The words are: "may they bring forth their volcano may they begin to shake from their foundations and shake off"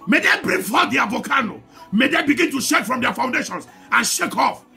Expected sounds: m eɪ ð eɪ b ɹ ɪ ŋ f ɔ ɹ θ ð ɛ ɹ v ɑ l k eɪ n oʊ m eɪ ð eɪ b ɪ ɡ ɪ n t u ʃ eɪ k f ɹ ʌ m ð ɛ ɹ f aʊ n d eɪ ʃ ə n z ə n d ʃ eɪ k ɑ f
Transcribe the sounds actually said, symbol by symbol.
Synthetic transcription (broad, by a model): m eɪ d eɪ b ɹ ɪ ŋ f ɔ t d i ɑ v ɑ k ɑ n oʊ m eɪ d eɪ b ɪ ɡ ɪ n t u ʃ eɪ k f ɹ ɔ m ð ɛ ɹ f aʊ n d eɪ ʃ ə n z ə n ʃ eɪ k ɑ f